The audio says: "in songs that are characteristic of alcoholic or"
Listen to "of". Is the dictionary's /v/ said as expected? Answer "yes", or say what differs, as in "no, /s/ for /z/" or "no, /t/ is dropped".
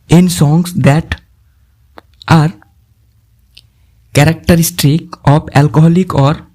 no, /p/ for /v/